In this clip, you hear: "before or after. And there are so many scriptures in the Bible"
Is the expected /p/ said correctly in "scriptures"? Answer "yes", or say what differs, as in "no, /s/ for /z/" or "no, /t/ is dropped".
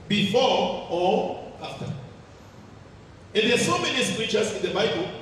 no, /p/ is dropped